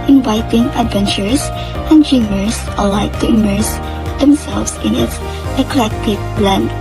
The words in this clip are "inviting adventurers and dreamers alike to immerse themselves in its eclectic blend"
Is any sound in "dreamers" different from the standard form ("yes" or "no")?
yes